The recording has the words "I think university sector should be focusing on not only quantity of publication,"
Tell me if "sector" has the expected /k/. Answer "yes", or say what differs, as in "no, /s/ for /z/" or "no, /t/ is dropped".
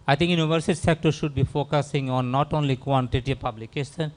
yes